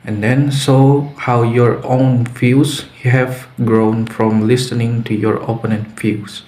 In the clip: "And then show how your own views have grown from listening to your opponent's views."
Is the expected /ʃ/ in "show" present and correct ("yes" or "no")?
no